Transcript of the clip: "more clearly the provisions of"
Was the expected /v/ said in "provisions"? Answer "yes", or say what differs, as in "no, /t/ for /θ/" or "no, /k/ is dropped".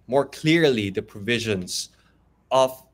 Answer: yes